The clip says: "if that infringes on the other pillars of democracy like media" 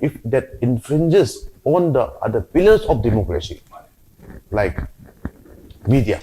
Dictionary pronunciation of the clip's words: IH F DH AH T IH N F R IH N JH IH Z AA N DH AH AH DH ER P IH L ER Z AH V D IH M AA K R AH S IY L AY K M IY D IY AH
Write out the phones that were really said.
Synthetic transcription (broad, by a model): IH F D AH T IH N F R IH N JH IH S AA N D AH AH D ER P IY L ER S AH F D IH M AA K R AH S IY L AY K M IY D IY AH